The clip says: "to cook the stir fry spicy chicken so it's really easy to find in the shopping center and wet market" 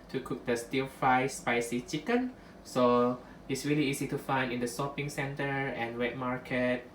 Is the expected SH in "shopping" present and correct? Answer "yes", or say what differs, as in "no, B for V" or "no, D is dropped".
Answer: no, S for SH